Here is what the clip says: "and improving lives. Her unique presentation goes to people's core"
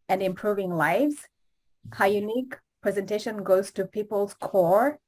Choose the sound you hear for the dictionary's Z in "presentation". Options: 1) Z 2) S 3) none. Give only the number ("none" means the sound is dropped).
1